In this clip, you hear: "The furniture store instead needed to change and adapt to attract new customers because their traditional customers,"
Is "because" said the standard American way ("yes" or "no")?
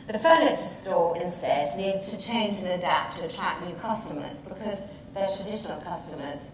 yes